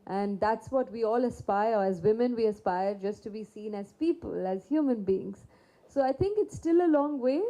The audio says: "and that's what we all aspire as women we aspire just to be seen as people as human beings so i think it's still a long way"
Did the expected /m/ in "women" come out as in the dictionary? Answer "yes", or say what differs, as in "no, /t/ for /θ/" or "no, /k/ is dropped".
yes